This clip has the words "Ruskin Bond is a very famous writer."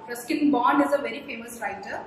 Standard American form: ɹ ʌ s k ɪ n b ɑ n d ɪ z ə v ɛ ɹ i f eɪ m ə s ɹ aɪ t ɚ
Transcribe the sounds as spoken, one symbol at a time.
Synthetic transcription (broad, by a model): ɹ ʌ s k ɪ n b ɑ n ɪ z ə v ɛ ɹ i f eɪ m ə s ɹ aɪ t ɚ